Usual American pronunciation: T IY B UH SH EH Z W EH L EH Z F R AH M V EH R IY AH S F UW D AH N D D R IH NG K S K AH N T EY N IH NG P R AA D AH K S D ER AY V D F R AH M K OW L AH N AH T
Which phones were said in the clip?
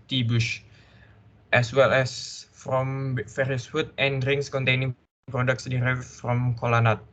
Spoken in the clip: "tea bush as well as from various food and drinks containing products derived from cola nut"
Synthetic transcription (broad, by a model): T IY B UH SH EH S W EH L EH S F R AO M F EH R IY S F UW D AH N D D R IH NG S K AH N T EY N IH NG P R AA D AH K S D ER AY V F R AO M K OW L AH N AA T